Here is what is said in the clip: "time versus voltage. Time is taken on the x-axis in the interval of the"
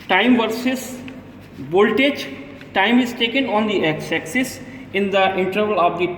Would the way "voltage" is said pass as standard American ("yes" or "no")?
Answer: no